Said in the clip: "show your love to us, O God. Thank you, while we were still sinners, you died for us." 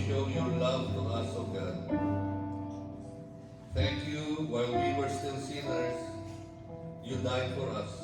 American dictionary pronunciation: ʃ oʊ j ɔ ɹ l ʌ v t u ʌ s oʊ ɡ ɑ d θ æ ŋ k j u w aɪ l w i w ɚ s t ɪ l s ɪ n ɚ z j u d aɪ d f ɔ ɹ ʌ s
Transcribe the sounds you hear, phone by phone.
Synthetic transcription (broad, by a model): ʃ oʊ j ɔ ɹ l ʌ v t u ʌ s oʊ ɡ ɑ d t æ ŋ k j u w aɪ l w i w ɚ s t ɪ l s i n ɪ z j u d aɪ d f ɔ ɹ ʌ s